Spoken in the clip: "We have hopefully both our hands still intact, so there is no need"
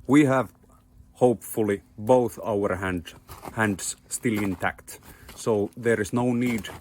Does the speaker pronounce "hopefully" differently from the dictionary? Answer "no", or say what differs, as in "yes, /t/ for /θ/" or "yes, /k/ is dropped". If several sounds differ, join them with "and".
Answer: no